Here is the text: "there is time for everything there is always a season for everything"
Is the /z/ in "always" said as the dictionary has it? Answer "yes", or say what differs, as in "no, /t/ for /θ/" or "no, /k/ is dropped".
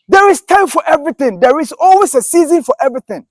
no, /s/ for /z/